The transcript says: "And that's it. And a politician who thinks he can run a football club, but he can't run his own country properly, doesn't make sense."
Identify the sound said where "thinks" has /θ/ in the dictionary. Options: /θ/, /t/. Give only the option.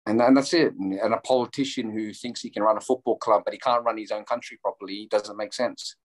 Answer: /θ/